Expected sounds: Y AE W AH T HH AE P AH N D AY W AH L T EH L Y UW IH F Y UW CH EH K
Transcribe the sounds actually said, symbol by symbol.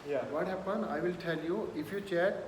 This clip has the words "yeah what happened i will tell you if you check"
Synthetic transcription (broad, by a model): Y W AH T HH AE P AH N AY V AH L T EH L Y UW IH F Y UW CH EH